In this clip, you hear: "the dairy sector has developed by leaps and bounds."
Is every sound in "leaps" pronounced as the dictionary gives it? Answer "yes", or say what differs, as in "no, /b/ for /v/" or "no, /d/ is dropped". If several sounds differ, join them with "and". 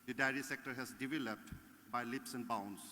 yes